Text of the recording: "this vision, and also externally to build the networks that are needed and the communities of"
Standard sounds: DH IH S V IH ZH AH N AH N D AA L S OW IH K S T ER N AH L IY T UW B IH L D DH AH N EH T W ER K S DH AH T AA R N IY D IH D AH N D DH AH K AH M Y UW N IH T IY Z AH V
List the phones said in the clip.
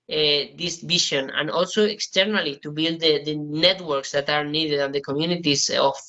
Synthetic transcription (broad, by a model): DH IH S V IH SH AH N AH N AA L S OW IH K S T ER N AH L IY T UW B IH L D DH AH N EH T W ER K S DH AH T AA R N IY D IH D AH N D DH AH K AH M Y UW N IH T IY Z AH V